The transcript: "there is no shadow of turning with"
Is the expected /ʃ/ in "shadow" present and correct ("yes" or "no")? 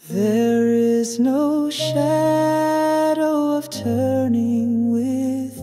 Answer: yes